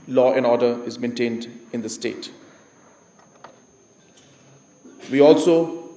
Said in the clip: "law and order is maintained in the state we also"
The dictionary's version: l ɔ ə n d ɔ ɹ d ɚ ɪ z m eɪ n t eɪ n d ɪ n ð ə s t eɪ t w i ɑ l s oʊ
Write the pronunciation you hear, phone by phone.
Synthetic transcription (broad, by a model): l ɔ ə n ɔ d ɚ ɪ z m eɪ n t eɪ n d ɪ n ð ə s t eɪ t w i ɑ l s oʊ